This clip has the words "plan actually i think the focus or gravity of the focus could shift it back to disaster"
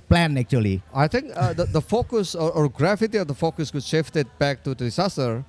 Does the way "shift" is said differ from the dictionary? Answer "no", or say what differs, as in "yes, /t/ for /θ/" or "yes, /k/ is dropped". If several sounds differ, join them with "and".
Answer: no